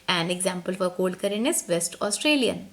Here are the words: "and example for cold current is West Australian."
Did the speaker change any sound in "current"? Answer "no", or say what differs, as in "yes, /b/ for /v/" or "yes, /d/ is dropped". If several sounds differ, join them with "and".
yes, /t/ is dropped